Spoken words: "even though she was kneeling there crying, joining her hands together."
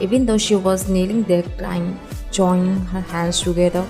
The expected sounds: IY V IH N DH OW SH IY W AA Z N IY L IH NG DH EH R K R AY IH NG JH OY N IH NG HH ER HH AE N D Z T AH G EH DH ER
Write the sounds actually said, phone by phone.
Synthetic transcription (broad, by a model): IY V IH N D OW SH IY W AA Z N IY L IH NG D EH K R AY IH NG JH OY IH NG HH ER HH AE N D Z T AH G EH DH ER